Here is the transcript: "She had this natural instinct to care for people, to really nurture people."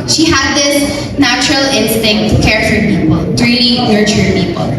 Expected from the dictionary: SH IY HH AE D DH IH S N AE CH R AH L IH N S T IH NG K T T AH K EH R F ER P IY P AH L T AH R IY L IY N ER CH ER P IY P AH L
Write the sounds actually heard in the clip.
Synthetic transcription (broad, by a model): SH IY HH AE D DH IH S N AE CH R AH L IH N S T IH NG K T T K EH R F ER P IY P AH L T R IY N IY N ER CH ER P IY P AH L